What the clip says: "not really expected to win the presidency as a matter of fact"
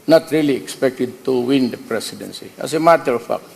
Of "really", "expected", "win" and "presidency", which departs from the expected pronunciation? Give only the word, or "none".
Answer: presidency